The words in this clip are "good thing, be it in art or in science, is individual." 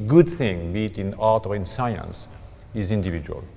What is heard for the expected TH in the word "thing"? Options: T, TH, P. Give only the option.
TH